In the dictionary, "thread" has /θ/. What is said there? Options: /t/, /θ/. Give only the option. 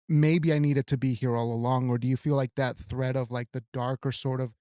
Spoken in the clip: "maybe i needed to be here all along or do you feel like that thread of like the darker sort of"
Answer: /θ/